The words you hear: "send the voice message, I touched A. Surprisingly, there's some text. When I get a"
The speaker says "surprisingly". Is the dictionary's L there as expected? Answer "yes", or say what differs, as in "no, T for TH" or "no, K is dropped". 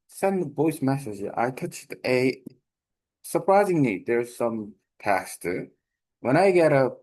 no, N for L